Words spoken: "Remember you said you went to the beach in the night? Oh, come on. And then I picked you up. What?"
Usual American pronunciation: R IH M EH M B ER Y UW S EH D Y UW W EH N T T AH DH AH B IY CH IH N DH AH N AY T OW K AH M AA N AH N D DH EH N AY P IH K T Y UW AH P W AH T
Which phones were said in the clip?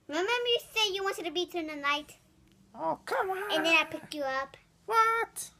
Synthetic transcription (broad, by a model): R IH M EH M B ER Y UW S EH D Y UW W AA N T T AH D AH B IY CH IH N DH AH N AY T OW K AH M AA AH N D DH EH N AY P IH K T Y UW AH P W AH T